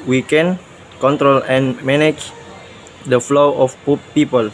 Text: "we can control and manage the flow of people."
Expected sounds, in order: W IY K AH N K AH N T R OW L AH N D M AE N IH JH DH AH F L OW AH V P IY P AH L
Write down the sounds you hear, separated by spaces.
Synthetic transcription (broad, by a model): W IY K AH N K AH N T R OW L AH N M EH N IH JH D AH F L OW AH P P IY P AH L